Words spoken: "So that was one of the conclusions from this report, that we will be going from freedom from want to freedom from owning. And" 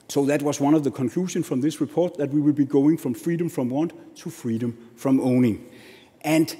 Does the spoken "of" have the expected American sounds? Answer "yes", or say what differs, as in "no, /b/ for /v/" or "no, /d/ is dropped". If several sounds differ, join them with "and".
yes